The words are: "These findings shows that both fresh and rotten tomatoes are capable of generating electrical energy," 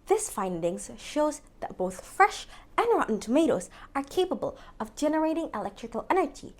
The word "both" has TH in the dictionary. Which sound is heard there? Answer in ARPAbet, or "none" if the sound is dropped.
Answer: TH